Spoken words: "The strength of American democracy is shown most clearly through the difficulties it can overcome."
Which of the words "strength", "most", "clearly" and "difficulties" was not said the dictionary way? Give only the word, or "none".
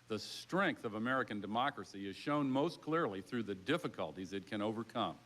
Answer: none